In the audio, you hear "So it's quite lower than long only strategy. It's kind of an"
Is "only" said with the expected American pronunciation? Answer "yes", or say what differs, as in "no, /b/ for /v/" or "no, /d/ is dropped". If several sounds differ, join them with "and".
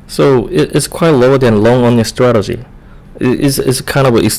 no, /l/ is dropped